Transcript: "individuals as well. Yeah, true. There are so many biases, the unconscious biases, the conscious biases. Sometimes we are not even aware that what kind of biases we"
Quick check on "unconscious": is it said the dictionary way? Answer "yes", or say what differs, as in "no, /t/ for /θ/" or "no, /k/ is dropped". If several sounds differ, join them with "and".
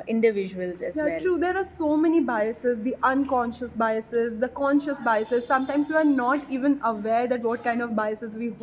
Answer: yes